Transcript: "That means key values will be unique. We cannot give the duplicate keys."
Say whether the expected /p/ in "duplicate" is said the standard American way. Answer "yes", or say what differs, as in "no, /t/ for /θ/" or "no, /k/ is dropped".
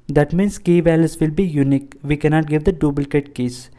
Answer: no, /b/ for /p/